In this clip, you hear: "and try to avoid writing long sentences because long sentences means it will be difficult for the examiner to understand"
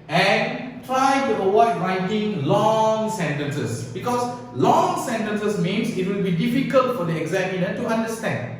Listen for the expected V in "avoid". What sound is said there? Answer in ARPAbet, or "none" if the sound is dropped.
W